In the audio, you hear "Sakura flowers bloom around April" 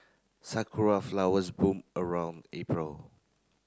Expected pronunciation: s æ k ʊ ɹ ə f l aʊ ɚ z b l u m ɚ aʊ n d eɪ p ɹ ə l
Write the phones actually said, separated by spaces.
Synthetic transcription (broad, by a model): s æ k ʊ ɹ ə f l aʊ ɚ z b u m ɚ aʊ n d eɪ p ɹ ə l